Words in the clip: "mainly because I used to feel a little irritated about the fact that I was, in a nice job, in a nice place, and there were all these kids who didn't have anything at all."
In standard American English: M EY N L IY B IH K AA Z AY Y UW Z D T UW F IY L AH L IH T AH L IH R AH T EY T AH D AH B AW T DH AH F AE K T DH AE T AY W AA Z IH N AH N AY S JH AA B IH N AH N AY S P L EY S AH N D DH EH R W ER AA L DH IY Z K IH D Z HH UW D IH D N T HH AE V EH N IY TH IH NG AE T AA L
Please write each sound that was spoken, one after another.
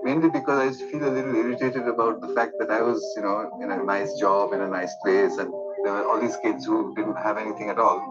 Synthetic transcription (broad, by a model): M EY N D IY B IH K AA Z AY Y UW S T UW F IY L AH L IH T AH L IH R AH T EY T AH D AH B AW T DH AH F AE K T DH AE T AY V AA Z IH N AH N AY S JH AA B IH N AH N AY S P L EY S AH N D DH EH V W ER AA L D IY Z K IH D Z HH UW D IH D N T HH AE V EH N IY T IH NG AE T AA L